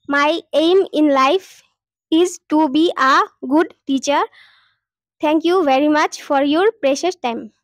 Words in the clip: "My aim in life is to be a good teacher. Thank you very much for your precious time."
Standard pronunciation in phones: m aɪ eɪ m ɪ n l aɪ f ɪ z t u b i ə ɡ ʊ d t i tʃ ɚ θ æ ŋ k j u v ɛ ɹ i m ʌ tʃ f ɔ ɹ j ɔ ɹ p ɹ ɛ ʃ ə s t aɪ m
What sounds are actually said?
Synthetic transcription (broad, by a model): m aɪ eɪ m ɪ n l aɪ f ɪ z t u b i ə ɡ ʊ d t i tʃ ɚ t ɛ ŋ k j u v ɛ ɹ i m ʌ tʃ f ɔ ɹ j ɔ ɹ p ɹ ɛ ʃ ə s t aɪ m